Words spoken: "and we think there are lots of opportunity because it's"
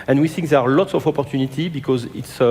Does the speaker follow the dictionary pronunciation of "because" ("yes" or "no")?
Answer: yes